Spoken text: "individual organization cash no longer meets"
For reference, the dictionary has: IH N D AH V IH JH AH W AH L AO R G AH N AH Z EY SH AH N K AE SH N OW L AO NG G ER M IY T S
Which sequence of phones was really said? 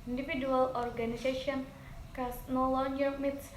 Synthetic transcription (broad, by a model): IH N D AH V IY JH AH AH L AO R G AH N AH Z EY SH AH N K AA S N OW L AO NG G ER M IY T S